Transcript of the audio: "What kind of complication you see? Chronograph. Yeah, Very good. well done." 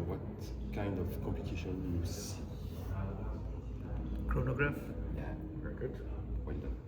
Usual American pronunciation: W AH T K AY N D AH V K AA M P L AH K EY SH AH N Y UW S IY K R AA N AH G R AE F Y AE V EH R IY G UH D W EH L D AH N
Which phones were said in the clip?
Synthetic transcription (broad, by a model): W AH T K AY N D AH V K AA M P AH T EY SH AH N Y UW S IY K R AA N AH G R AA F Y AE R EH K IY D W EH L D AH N